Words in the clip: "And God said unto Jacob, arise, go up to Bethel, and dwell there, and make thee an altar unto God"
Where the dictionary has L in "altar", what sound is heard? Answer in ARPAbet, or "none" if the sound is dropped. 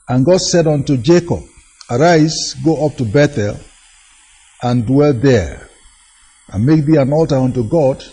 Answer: L